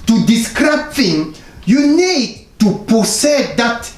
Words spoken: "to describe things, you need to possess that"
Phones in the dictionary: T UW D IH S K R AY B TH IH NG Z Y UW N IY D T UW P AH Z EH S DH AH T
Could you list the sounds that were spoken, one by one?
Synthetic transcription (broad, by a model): T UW D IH S K R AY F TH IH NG Y UW N IY D T UW P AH S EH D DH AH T